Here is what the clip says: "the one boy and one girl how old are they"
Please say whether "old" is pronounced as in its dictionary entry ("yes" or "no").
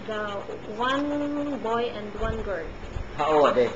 no